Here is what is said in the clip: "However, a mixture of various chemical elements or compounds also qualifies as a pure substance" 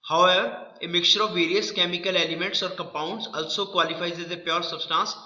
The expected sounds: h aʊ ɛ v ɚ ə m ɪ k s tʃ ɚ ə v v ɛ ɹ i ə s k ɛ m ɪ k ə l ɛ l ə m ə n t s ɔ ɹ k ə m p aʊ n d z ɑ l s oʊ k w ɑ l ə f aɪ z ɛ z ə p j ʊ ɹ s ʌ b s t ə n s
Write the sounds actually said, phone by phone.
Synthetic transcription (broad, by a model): h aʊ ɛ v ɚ ə m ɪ k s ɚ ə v v ɛ ɹ i ə s k ɛ m ɪ k ə l ɛ l ə m ə n t s ɔ ɹ k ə m p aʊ n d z ɑ l s oʊ k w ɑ l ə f aɪ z ɛ z ə p j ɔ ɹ s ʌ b s t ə n s